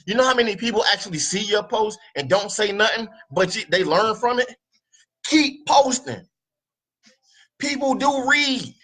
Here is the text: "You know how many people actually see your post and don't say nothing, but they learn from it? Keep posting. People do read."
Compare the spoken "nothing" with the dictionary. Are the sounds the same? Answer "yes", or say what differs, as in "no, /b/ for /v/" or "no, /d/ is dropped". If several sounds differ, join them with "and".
yes